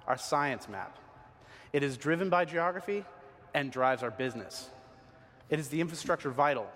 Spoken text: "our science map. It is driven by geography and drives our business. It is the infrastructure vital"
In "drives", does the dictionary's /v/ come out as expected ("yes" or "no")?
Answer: yes